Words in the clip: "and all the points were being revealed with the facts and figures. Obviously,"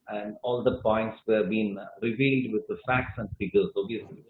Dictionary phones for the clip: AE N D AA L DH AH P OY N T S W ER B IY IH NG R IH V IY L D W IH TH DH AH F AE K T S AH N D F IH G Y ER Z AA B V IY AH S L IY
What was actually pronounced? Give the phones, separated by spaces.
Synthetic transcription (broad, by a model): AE N D AA L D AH P OY N T S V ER B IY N R IH V IY L D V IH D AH F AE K T S AH N D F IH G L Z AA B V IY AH S L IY